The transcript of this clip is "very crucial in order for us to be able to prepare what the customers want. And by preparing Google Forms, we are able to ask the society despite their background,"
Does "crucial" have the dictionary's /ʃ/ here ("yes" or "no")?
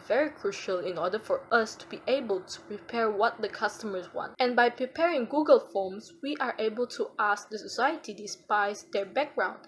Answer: yes